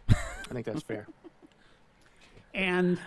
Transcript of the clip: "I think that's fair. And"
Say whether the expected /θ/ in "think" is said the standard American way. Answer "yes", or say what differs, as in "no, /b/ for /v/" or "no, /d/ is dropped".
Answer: yes